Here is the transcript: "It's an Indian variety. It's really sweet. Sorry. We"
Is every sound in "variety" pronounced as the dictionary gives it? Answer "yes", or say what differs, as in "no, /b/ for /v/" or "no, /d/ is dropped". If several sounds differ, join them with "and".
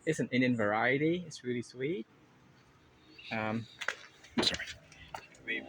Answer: yes